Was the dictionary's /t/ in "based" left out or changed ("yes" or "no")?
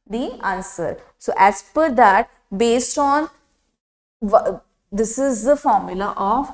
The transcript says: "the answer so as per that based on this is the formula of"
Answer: no